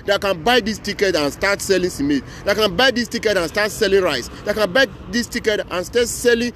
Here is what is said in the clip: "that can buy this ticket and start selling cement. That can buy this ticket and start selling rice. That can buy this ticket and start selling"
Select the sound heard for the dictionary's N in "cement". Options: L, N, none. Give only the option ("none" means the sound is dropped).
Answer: none